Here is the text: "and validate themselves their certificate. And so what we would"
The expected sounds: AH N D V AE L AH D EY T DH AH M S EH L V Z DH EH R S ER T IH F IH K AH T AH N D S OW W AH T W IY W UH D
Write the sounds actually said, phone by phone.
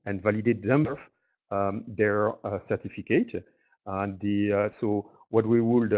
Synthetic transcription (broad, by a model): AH N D V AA L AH D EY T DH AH M AO V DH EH R S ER T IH F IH K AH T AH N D S OW W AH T W IY W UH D